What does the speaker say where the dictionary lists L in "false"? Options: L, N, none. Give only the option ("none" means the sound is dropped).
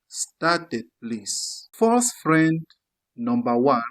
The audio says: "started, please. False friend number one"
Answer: none